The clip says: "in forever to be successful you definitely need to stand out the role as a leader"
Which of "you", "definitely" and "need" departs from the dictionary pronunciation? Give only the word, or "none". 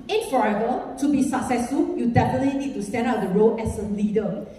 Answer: none